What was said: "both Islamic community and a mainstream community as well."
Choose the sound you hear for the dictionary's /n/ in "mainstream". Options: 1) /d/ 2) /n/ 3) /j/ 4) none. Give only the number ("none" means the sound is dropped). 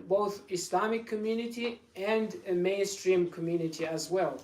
2